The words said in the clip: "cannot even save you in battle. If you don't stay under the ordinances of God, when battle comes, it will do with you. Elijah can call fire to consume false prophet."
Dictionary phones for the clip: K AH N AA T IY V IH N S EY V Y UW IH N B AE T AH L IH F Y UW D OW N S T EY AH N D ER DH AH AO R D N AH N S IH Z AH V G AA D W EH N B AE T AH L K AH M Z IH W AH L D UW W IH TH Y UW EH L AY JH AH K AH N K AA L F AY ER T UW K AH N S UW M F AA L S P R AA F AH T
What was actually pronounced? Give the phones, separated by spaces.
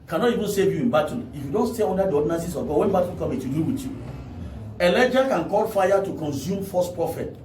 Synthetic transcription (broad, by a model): K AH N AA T IY V IH N S EY V Y UW IH N B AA T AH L IH F Y UW D OW N S T EY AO N D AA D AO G N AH S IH S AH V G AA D W EH N B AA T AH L K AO M IH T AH D UW W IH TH Y UW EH L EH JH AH K AH N K AA L F AY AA T UW K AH N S UW M F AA S P R AA F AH T